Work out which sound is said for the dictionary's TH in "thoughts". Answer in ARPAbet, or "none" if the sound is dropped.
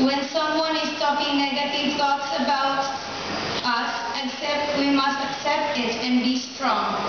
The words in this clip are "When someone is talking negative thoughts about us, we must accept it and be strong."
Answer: T